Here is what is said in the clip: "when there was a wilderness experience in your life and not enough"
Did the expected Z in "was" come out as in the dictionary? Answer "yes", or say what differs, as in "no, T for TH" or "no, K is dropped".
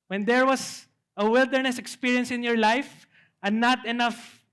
no, S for Z